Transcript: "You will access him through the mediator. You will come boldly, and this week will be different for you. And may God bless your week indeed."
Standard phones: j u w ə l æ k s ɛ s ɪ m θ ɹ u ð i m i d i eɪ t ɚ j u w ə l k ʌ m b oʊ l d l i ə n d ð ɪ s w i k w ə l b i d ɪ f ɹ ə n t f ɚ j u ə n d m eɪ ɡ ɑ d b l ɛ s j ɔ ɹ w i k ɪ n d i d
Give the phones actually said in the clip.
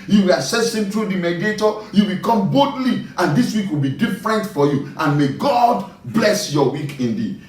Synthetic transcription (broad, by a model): j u w ə l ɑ s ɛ s ɪ m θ ɹ u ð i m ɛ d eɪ t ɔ j u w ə k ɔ m b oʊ d l i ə n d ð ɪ s w i k w ə l b i d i f ɹ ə n t f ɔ j u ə n m eɪ ɡ ɑ d b l ɛ s j ɔ w i k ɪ n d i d